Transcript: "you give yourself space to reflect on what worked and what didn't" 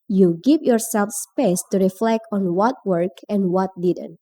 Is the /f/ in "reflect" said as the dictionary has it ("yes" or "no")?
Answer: yes